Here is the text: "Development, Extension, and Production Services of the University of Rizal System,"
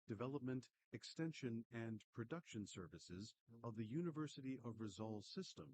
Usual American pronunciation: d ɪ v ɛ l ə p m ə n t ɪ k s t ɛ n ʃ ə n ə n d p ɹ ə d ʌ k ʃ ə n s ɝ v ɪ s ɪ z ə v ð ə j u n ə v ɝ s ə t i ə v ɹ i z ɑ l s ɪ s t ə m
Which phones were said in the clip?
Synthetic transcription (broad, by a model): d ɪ v ɛ l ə p m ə n t ɪ k s t ɛ n ʃ ə n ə n p ɹ ə d ʌ k ʃ ə n s ɝ v ɪ s ɪ z ə v ð ə j u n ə v ɝ s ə t i ə v ɹ i z ɑ l s ɪ s t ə m